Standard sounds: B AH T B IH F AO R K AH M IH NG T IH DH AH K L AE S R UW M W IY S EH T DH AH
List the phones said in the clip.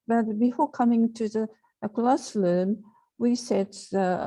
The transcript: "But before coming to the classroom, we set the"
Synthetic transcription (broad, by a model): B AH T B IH F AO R K AH M IH NG T IH DH AH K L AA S L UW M W IY S EH T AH